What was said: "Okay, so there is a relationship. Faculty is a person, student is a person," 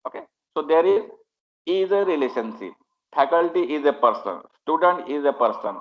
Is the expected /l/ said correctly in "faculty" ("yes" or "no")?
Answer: yes